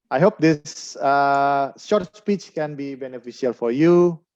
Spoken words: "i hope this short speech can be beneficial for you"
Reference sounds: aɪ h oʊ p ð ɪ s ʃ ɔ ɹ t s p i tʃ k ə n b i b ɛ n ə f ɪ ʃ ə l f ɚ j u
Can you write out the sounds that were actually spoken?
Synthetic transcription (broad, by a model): aɪ h oʊ p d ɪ s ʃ ɔ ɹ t s p i tʃ k ə n b i b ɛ n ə f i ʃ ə l f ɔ j u